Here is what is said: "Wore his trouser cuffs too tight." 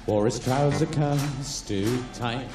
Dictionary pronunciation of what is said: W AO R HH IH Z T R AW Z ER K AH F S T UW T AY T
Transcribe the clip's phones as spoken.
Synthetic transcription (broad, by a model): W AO R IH S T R AW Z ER K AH S T UW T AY